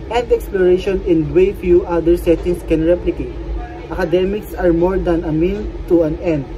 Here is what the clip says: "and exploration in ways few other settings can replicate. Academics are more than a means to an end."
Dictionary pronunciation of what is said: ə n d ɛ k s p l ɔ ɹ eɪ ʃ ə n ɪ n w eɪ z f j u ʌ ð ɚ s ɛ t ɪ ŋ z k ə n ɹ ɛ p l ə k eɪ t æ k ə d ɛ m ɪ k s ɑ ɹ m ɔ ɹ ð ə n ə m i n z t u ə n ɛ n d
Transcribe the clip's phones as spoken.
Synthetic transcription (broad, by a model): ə n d ɛ k s p l ɔ ɹ eɪ ʃ ə n ɪ n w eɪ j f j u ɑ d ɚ s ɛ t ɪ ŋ s k ə n ɹ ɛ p l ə k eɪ t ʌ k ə d ɛ m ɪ k s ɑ ɹ m ɔ ɹ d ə n ə m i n t u ə n ɛ n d